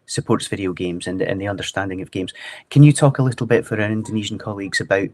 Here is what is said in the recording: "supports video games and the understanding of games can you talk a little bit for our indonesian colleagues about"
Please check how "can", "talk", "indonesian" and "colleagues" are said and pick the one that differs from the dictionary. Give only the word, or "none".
none